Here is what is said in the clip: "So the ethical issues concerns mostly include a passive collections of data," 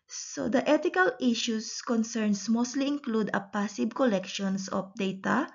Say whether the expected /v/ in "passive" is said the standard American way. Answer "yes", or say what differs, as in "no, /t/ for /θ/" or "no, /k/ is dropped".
no, /b/ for /v/